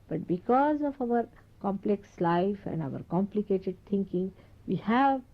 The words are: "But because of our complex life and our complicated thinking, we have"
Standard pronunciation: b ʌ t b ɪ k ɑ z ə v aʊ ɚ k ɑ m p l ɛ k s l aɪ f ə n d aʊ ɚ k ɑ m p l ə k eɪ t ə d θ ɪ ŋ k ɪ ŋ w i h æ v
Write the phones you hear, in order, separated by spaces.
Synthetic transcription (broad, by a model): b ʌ t b ɪ k ɑ z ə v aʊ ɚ k ɑ m p l ɛ k s l aɪ f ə n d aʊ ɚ k ɑ m p l ə k eɪ t ə d t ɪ ŋ k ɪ ŋ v i h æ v